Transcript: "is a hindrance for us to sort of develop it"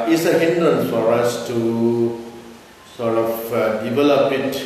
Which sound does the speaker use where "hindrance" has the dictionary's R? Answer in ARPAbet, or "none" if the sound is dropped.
none